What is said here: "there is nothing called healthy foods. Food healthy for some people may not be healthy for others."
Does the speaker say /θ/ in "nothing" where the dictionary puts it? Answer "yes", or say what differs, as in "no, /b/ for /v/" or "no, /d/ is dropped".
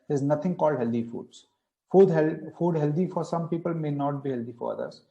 no, /t/ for /θ/